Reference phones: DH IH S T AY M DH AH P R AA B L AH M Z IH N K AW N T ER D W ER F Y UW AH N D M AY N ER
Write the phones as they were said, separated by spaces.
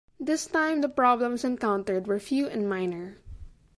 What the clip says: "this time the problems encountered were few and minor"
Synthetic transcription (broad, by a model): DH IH S T AY M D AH P R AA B L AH M S IH N K AW N T ER D W ER F Y UW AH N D M AY N ER